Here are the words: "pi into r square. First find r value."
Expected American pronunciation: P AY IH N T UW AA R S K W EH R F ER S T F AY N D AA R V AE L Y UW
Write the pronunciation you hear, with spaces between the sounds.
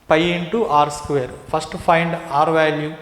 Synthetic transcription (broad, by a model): P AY IH N T UW AA R S K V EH R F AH S T P AY N D AA R V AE L Y UW